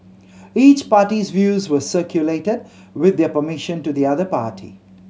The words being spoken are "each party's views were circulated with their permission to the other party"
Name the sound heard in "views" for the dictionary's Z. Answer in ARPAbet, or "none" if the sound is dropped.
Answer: Z